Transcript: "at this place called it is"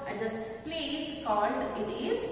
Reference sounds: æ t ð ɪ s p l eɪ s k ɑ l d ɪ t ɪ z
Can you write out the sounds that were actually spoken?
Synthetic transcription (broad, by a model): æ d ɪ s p l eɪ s k ɑ l d ɪ t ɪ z